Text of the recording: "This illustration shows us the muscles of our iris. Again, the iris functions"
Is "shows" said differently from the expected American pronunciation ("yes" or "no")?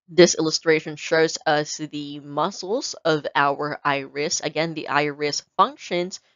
no